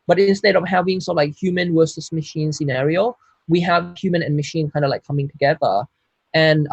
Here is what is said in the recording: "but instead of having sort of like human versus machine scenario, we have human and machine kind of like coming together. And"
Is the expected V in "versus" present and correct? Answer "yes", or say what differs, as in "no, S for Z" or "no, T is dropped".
no, W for V